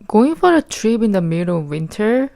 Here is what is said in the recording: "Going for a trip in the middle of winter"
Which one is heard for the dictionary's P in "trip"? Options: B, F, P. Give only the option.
B